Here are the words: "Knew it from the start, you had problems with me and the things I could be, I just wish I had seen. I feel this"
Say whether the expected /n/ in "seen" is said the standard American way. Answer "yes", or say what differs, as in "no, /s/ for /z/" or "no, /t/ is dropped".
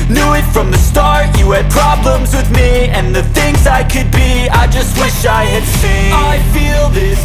no, /n/ is dropped